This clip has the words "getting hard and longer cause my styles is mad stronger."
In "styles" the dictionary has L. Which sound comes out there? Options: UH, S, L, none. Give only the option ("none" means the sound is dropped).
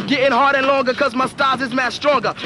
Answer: none